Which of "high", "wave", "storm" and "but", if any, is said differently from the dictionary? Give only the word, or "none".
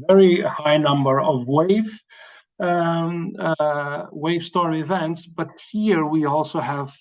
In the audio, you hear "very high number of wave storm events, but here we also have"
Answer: storm